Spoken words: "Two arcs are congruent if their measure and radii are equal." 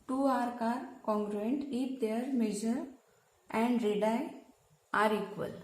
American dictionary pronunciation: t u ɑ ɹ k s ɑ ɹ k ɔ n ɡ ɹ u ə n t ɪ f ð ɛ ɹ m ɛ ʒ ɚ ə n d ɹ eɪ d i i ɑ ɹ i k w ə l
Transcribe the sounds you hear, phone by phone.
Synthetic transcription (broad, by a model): t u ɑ ɹ k ɑ ɹ k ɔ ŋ ɡ ɹ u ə n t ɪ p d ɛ ɹ m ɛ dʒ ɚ ə n d ɹ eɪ d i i ɑ ɹ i k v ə l